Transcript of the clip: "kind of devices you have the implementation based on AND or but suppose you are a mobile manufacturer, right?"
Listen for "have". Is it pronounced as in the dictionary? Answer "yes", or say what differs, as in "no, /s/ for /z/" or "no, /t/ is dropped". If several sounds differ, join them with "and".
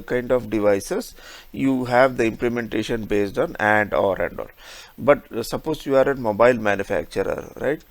yes